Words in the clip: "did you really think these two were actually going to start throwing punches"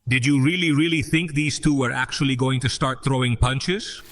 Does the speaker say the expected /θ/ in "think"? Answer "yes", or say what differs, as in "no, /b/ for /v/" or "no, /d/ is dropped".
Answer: yes